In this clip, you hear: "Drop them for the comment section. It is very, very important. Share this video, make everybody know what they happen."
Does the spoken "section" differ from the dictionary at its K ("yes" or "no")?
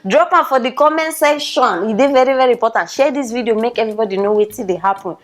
yes